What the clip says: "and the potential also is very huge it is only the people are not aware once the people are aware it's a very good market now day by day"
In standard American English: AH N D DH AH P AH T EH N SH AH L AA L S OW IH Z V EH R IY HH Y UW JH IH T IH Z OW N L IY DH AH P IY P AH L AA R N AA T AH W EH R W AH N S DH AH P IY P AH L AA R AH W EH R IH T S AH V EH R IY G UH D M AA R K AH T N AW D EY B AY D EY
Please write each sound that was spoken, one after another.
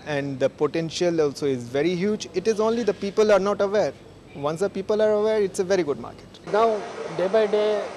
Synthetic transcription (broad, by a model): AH N D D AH P AH T EH N SH AH L AA L S OW IH Z V EH R IY HH Y UW JH IH T IH Z OW N L IY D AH P IY P AH L AA R N AA T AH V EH R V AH N S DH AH P IY P AH L AA R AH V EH R IH T S AH V EH R IY G UH D M AA R K AH T N AW D EY B AY D EY